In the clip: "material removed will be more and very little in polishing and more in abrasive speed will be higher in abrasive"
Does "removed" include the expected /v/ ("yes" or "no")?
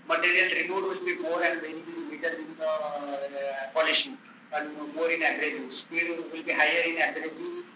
no